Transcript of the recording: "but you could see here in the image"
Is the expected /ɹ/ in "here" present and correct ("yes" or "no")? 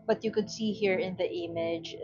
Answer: yes